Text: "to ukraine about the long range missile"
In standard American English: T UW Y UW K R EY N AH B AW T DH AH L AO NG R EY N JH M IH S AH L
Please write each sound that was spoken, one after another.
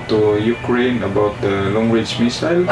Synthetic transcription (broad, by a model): T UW Y UW K R EY N AH B AW T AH L AO NG W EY JH M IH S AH L